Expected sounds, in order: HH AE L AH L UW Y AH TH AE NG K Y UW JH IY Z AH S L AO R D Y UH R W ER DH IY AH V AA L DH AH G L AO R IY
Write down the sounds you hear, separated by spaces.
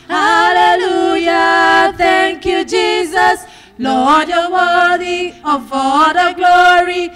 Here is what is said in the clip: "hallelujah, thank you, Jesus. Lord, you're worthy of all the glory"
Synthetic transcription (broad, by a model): HH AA L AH L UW Y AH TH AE NG K Y UW JH IY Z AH S L AO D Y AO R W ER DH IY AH F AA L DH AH G L AO R IY